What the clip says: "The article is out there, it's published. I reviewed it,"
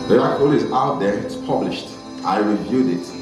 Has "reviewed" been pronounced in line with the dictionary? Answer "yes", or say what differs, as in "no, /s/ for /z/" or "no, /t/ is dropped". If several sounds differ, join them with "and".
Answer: yes